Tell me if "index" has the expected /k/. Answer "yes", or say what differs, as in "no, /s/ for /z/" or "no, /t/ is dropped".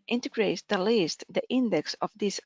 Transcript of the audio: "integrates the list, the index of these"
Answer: yes